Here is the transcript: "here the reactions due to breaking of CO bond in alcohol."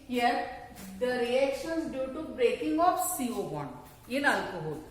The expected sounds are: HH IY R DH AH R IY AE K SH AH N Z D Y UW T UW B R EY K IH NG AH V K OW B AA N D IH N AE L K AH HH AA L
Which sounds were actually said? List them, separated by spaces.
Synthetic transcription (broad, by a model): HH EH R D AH R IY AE K SH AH N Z D Y UW T UW B R EY K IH NG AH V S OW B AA N IH N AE L K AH HH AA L